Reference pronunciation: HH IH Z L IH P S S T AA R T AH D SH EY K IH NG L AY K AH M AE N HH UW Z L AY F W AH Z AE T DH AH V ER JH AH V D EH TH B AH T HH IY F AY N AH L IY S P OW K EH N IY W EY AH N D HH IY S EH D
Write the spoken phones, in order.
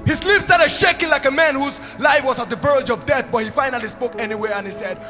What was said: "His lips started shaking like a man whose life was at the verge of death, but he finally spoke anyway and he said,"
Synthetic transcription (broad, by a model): HH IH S L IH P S S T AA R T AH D SH EY K IH NG L AY K AH M AE N HH UW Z L AY F W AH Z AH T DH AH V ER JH AH V D EH TH B AH T HH IY F AY N AH L IY S P OW K EH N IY W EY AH N HH IY S EH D